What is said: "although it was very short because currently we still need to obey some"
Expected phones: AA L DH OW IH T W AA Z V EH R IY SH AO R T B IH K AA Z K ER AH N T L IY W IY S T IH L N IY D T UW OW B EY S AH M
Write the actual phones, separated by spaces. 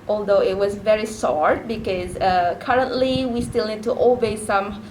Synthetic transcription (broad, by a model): AA L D OW IH T W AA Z V EH R IY S AO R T B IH K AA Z K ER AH N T L IY W IY S T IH L N IY D T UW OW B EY S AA M